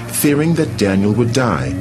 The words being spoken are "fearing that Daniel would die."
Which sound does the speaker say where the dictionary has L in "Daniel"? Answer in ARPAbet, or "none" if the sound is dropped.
L